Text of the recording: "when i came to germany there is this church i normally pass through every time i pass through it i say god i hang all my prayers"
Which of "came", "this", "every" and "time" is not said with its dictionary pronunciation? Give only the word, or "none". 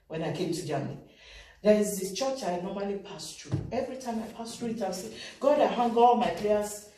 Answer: this